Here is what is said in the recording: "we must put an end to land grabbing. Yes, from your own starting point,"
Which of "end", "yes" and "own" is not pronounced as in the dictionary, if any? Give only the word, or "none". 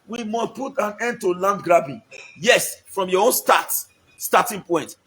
none